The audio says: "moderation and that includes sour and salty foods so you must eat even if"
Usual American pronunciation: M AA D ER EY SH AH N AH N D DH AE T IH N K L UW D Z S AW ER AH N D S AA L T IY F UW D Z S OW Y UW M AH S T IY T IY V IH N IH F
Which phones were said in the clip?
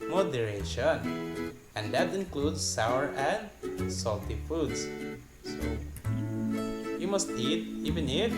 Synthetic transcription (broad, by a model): M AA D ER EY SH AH N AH N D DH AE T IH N K L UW D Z S AW ER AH N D S AA L T IY F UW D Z S OW Y UW M AH S T IY T IY V IH N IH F